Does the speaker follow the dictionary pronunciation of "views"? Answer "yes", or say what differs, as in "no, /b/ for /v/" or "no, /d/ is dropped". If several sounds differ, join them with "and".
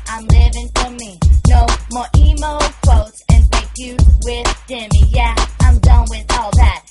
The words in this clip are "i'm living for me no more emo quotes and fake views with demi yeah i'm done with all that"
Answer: no, /z/ is dropped